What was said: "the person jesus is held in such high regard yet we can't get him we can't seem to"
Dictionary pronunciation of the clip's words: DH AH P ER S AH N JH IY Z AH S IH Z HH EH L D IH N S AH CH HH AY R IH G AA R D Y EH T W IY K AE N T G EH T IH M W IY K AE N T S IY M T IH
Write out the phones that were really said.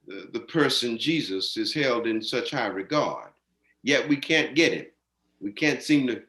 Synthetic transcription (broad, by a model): DH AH P ER S AH N JH IY Z AH S IH Z HH EH L D IH N S AH CH HH AY R IH G AA R D Y EH T W IY K AE N G EH T IH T W IY K AE N T S IY M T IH